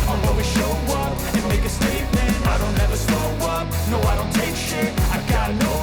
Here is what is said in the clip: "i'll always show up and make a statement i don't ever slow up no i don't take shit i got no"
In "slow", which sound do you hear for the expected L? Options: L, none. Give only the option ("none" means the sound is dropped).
none